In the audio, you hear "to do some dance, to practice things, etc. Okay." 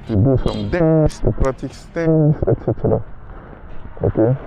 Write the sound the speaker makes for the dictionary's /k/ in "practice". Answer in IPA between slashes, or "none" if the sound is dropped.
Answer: none